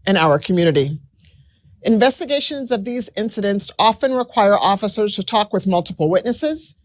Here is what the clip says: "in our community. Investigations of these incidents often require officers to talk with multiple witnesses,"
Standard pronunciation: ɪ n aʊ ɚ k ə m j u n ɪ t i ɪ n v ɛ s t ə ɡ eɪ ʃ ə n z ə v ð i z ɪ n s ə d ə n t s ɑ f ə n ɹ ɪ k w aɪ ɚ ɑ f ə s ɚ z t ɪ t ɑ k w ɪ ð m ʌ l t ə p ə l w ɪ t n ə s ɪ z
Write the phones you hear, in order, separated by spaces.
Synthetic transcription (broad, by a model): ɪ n aʊ ɚ k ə m j u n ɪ t i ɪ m v ɛ s t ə ɡ eɪ ʃ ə n z ə v ð i z ɪ n s ə d ə n t s ɑ f ə n ɹ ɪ k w aɪ ɚ ɑ f ə s ɚ z t ɪ t ɑ k w ɪ ð m ʌ l t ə p l w ɪ t n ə s ɪ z